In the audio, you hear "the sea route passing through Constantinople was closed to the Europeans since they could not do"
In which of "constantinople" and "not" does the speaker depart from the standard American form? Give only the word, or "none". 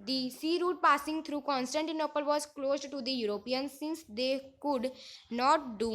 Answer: none